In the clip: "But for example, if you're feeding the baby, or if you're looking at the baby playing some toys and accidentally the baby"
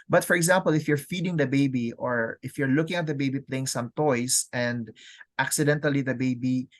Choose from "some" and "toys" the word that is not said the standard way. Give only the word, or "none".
toys